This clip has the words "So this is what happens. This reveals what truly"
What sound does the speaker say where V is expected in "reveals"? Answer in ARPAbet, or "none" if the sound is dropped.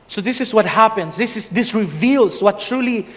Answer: V